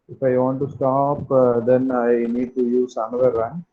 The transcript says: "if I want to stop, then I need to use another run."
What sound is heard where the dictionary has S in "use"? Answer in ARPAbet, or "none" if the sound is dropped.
S